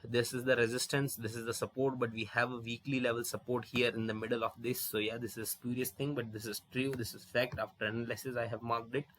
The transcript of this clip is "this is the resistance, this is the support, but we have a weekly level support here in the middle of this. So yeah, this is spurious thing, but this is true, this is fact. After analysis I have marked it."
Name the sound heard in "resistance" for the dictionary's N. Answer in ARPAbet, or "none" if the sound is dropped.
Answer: N